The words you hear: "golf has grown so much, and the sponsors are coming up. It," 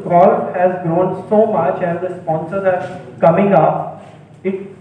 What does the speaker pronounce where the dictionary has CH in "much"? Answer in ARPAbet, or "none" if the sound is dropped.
CH